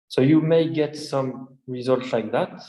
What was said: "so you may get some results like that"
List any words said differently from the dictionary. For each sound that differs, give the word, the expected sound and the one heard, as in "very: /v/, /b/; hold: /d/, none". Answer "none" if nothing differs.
none